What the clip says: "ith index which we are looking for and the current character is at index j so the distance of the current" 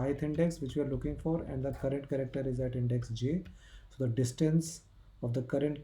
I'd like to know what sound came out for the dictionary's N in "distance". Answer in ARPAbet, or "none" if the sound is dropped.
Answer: N